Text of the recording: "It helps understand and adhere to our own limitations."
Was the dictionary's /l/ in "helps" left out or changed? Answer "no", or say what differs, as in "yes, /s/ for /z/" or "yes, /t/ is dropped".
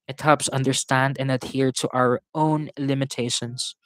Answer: yes, /l/ is dropped